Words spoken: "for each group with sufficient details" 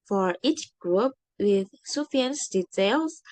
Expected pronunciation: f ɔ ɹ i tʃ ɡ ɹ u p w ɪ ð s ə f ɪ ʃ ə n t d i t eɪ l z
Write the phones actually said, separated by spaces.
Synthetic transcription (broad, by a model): f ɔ ɹ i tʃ ɡ ɹ u p w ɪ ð s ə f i ə n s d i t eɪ l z